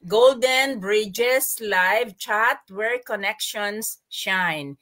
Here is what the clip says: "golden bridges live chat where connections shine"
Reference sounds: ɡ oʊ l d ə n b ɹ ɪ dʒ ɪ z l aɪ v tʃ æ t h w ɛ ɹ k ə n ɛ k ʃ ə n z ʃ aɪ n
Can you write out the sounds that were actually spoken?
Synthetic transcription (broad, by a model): ɡ oʊ l d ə n b ɹ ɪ dʒ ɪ s l aɪ v tʃ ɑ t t w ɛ ɹ k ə n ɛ k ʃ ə n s ʃ aɪ n